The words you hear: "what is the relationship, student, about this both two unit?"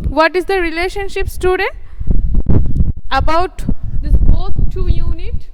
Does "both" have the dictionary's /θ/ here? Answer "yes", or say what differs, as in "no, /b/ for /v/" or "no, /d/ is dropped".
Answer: no, /s/ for /θ/